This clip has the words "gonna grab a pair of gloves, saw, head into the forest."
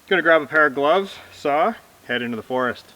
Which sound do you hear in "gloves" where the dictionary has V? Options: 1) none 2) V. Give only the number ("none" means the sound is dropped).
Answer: 2